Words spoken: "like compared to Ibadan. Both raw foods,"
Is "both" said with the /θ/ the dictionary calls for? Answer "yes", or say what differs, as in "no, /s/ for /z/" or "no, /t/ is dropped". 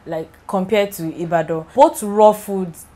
no, /t/ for /θ/